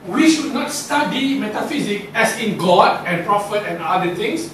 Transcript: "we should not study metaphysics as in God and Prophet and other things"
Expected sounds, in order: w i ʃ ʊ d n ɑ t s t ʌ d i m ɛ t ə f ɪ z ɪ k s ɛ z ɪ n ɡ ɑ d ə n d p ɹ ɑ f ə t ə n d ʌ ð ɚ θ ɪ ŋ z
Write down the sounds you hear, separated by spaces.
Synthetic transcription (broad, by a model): w i ʃ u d n ɑ t s t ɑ d i m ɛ t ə f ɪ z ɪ k ɛ s ɪ n ɡ ɑ d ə n p ɹ ɑ f ə t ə n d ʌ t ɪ ŋ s